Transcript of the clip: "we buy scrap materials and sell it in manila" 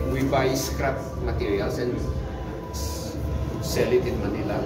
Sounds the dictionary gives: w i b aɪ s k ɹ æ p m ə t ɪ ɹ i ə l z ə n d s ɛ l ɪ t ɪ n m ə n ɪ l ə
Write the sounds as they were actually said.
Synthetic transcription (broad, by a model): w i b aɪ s k ɹ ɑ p m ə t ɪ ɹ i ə l s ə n s ɛ l ɪ t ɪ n m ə n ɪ l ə